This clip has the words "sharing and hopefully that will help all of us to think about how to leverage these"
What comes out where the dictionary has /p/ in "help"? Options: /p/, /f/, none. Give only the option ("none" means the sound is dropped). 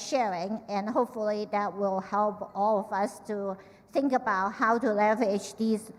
/p/